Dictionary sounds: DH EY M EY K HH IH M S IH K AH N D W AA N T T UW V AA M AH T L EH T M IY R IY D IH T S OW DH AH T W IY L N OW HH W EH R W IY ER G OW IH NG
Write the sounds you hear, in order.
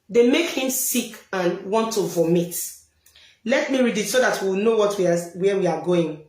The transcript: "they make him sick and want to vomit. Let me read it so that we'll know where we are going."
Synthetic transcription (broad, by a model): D EY M EY K HH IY M S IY K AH N W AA N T T UW V AA M AH T L EH T M IY R IY D IH T S OW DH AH T W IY W N OW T W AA W W IY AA G OW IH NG